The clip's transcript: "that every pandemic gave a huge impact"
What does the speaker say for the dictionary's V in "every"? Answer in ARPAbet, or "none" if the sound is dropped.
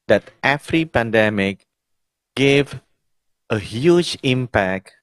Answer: F